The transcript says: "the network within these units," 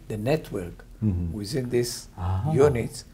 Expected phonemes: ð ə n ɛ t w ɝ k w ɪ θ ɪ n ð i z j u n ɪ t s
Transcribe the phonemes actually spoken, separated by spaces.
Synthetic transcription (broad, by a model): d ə n ɛ t w ɝ k w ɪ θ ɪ n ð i s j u n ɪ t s